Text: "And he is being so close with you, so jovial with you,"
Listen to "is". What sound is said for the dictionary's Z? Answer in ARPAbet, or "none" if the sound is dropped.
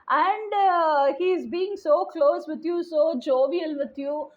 Z